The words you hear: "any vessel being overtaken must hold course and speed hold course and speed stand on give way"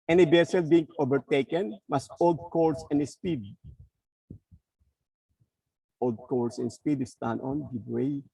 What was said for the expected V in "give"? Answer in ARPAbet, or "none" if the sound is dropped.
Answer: B